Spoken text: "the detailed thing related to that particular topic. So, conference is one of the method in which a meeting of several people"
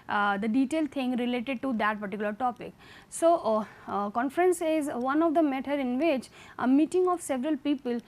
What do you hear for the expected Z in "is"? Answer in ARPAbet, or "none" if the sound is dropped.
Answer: Z